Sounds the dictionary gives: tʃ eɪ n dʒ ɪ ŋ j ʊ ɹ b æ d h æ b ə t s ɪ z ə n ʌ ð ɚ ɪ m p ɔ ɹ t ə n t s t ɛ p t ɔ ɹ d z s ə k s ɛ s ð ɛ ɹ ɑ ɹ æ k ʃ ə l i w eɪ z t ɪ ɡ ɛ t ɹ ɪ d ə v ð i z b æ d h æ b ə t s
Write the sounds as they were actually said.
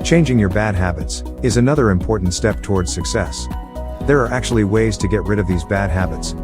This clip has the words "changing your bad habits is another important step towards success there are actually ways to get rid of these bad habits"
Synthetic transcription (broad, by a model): tʃ eɪ n dʒ ɪ ŋ j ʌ ɹ b æ d h æ b ə t s ɪ z ə n ʌ ð ɚ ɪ m p ɔ ɹ t n t s t ɛ p t ɔ ɹ d z s ə k s ɛ s ð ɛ ɹ ɑ ɹ æ k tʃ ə l i w eɪ z t ɪ ɡ ɛ t ɹ ɪ d ə v ð i z b æ d h æ b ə t s